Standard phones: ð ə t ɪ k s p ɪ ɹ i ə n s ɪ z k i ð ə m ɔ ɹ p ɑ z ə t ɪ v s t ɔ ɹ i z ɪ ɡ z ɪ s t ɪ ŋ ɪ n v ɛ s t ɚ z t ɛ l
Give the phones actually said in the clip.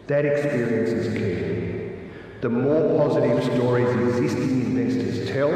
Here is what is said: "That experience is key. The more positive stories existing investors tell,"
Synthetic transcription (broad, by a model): ð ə t ɪ k s p ɪ ɹ i ə n s ɪ z k i ð ə m ɔ ɹ p ɑ z ə t ɪ v s t ɔ ɹ i z ɪ ɡ z ɪ s t ɪ ŋ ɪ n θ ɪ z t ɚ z t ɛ l